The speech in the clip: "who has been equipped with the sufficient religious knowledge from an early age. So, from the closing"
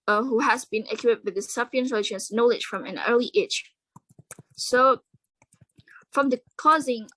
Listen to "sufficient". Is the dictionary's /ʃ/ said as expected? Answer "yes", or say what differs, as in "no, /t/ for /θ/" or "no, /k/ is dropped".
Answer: no, /ʃ/ is dropped